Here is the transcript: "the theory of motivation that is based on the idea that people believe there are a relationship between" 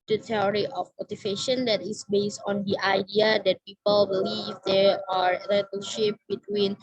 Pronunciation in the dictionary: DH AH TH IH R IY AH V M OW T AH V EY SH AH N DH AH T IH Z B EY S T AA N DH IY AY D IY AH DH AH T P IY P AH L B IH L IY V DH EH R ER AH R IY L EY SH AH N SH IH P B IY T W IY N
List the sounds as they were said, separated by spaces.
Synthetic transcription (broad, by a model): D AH T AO R IY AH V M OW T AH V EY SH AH N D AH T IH S B EY S T AA N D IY AY D IY AH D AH T P IY P AH L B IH L IY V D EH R AH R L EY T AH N SH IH P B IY T W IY N